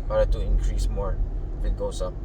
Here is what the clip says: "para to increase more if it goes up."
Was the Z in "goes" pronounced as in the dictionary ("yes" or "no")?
no